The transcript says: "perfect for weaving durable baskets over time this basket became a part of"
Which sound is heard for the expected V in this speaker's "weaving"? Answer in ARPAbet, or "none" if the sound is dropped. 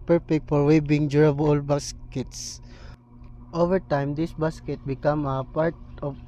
B